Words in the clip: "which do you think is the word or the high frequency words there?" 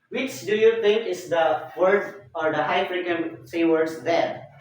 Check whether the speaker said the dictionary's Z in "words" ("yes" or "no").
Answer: no